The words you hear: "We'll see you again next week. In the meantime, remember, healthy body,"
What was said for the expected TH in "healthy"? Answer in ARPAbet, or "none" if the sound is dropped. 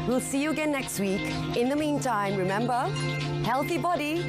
TH